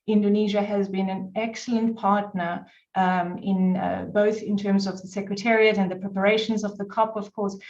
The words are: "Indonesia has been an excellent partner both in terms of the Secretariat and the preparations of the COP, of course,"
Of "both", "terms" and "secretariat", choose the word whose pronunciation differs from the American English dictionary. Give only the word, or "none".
none